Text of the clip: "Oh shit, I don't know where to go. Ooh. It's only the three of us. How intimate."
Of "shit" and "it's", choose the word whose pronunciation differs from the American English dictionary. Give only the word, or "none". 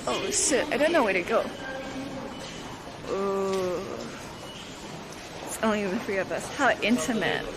shit